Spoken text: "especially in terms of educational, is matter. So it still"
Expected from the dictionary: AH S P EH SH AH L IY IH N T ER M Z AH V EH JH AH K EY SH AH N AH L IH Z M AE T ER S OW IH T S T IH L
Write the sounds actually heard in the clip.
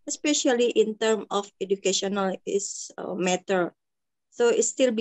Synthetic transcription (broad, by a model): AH S P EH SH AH L IY IH N T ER M AH F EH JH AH K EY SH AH N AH L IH S M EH T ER S OW IH T S T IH L